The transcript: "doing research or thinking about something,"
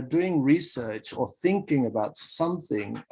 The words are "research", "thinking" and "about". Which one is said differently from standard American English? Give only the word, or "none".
none